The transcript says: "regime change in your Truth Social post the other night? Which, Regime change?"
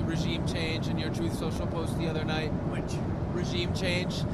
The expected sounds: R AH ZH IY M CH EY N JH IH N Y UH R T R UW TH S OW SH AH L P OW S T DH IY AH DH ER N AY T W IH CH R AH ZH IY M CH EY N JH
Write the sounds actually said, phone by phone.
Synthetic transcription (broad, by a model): R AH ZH IY M CH EY N JH IH N Y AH R T R UW TH S OW SH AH L P OW S T DH IY AH DH ER N AY T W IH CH R AH ZH IY M CH EY N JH